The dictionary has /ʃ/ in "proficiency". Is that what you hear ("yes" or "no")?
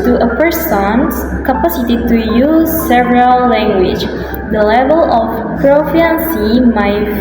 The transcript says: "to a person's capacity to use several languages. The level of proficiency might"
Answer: no